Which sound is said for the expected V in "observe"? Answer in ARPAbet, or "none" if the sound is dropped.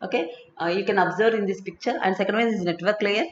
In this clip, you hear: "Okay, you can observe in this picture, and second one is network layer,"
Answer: V